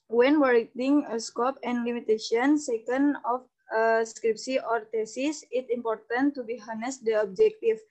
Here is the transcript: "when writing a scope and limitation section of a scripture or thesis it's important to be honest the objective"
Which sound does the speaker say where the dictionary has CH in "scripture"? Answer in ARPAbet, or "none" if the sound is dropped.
S